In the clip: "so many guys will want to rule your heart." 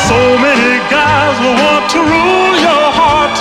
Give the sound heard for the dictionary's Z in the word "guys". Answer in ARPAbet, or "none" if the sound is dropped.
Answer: Z